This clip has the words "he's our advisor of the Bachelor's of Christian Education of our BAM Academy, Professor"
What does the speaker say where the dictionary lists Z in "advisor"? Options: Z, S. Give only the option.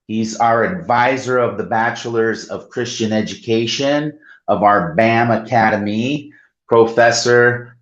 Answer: Z